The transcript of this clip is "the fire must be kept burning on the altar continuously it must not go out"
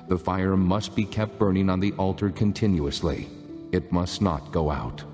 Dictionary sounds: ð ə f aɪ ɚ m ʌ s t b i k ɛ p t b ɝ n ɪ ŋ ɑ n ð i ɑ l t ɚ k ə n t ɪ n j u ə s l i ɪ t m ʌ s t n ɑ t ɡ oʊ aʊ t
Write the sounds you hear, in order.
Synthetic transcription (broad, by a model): ð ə f aɪ ɚ m ʌ s t b i k ɛ p t b ɝ n ɪ ŋ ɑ n ð i ɑ l t ɚ k ə n t ɪ n j u ə s l i ɪ t m ʌ s t n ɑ t ɡ oʊ aʊ t